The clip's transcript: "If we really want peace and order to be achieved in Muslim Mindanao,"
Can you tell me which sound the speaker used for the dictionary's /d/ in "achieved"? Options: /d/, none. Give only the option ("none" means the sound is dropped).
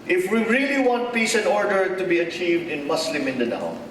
/d/